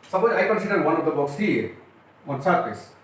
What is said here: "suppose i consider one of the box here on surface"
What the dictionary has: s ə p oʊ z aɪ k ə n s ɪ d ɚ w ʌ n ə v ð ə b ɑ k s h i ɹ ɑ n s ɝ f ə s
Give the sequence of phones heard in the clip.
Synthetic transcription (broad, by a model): s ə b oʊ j aɪ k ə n s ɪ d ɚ w ʌ n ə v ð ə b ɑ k s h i w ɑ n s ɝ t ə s